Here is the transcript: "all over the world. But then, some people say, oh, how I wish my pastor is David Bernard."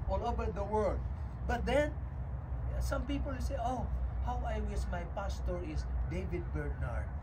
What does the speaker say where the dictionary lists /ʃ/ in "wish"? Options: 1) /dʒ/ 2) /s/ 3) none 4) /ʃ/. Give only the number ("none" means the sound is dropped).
2